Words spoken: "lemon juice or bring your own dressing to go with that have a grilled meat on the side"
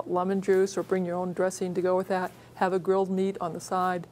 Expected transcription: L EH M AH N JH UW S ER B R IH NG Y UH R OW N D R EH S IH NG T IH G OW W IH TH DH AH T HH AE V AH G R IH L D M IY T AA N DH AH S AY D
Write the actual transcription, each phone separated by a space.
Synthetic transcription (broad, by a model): L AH M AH N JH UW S ER B R IH NG Y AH R OW N D R EH S IH NG T IH G OW W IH DH AH T HH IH V AH G R IH L D M IY T N DH AH S AY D